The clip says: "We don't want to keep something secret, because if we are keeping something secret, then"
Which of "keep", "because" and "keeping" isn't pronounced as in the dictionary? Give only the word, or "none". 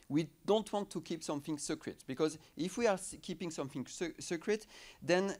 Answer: none